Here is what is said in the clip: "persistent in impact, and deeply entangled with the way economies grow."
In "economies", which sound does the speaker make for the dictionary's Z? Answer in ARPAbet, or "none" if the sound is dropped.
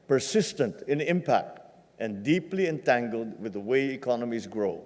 Z